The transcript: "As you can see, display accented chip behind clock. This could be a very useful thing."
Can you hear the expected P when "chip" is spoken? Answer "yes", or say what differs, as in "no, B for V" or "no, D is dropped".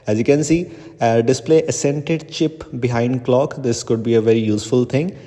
yes